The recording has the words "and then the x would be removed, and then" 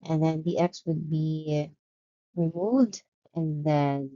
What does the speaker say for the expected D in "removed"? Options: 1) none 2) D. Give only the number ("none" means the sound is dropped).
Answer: 2